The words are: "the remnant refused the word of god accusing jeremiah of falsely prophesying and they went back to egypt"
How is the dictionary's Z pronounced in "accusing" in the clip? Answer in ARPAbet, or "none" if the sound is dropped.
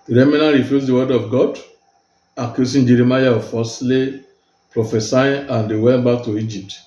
S